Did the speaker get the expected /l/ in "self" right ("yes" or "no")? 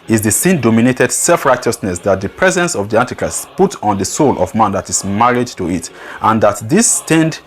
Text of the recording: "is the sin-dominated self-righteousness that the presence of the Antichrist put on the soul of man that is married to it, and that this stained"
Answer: yes